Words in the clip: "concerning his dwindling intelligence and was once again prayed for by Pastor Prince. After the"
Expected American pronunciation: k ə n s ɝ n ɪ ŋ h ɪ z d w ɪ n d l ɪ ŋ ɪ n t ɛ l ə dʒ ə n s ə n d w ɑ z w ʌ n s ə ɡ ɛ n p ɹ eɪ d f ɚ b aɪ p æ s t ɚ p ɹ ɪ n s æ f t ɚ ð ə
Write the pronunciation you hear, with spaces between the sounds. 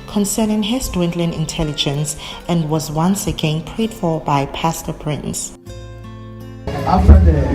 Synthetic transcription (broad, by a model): k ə n s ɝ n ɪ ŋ h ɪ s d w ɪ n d l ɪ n ɪ n t ɛ l ə dʒ ə n s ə n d w ɑ z w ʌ n s ə ɡ ɛ n p ɹ eɪ d f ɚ b aɪ p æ s t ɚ p ɹ ɪ n s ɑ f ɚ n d